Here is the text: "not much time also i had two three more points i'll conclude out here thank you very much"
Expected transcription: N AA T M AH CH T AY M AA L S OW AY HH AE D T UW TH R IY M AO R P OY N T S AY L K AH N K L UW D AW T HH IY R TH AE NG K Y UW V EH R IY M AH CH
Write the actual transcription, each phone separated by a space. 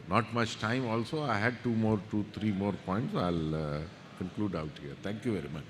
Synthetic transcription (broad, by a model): N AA T M AH CH T AY M AA L S OW AY HH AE D T UW T R IY M AO R P OY N T S AY L K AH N K L UW D AW T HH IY R T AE NG K Y UW V EH R IY M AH CH